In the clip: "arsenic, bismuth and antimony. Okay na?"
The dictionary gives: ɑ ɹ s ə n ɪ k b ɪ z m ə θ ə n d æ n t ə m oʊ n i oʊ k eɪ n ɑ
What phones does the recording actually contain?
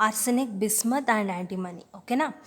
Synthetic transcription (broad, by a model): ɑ ɹ s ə n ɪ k b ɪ s m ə t ə n d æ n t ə m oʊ n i oʊ k eɪ n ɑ